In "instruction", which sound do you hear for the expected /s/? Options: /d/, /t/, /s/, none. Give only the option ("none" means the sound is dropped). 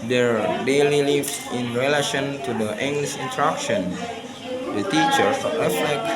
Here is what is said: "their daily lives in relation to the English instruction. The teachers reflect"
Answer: none